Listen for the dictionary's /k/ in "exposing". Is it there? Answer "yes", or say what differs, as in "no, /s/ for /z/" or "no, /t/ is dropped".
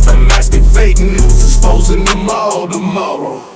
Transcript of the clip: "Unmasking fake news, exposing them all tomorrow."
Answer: no, /k/ is dropped